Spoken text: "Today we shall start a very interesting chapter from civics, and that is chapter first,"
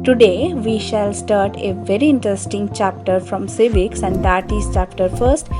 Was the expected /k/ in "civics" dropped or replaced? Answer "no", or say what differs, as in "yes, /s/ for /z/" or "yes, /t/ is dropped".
no